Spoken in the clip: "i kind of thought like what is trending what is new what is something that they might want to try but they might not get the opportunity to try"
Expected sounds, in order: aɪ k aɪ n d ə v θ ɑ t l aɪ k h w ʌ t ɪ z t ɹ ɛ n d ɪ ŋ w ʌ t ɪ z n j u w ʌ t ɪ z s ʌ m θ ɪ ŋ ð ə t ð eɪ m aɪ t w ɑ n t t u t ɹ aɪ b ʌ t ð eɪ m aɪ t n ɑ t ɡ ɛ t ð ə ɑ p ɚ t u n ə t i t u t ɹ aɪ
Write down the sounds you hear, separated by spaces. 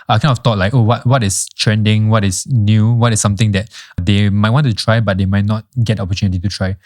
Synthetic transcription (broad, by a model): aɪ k aɪ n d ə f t ɑ t l aɪ k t w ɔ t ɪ s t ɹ ɛ n d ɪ ŋ w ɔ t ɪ s n j u w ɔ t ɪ s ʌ m t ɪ ŋ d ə t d eɪ m aɪ t w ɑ n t t u t ɹ aɪ b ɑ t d eɪ m aɪ t n ɑ t ɡ ɛ t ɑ p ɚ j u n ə t i t u t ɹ aɪ